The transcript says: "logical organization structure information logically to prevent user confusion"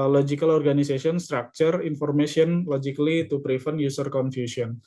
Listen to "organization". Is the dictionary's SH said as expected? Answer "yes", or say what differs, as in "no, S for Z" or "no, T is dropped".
no, S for SH